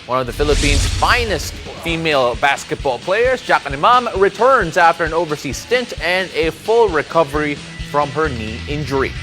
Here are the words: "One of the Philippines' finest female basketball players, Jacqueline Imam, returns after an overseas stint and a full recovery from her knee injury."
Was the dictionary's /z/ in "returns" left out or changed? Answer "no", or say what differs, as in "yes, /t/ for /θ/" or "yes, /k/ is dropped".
no